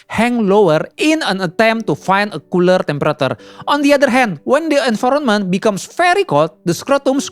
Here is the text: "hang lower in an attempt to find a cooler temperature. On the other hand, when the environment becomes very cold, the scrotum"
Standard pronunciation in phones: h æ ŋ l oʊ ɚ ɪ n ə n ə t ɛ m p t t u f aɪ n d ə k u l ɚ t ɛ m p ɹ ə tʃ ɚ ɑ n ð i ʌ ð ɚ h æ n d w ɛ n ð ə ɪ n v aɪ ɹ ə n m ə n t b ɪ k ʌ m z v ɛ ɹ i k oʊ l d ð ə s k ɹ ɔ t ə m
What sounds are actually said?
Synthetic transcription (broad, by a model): h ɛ ŋ l oʊ ɚ ɪ n ə n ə t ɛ m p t t u f aɪ n d ə k u l ɚ t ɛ m p ɹ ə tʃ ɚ ɑ n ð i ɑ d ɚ h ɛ n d w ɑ n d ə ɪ n f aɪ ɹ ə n m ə n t b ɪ k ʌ m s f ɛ ɹ i k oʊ l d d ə s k ɹ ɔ t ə m